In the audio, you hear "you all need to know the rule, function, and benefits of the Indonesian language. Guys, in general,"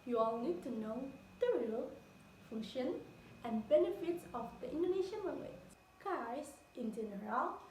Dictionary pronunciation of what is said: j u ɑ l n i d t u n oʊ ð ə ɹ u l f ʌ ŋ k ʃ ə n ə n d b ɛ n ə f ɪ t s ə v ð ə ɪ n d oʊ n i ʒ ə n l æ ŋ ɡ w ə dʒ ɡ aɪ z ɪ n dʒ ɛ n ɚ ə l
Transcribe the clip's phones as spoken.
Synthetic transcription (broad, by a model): j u ɑ l n i d t u n oʊ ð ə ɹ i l f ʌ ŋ ʃ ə n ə n b ɛ n ə f ɪ t s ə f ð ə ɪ n d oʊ n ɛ ʃ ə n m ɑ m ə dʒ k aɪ s ɪ n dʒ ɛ n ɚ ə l